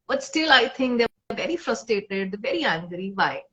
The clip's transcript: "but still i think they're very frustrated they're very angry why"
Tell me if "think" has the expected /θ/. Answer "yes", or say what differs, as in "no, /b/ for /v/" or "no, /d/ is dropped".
no, /t/ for /θ/